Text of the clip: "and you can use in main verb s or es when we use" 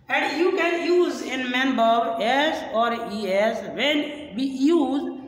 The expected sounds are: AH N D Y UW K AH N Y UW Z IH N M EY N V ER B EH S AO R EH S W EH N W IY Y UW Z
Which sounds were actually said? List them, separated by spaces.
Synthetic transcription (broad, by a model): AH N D Y UW K AH N Y UW Z IH N M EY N B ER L EH S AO R EH S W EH N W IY Y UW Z